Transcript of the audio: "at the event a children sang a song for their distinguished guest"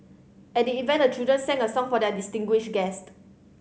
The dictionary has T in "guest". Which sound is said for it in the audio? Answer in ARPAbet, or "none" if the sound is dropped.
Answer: T